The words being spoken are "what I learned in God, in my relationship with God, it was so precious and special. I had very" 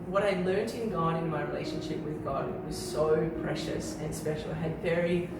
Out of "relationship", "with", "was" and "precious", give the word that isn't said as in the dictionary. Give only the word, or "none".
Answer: none